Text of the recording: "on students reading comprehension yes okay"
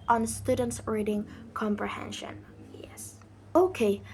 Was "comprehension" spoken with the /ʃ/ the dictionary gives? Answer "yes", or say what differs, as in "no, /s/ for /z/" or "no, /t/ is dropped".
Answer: yes